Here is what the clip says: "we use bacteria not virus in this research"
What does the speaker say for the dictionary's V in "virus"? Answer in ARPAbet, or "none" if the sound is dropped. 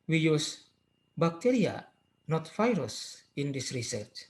F